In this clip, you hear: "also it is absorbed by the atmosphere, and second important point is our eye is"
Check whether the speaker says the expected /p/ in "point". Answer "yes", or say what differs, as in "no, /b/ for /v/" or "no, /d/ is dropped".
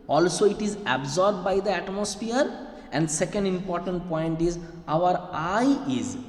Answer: yes